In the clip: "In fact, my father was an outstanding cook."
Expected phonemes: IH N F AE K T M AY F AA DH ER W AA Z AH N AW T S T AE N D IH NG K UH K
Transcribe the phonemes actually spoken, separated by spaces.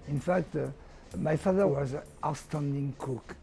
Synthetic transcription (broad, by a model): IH N F AE K T M AY F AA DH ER W AA Z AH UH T S T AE N D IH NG K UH K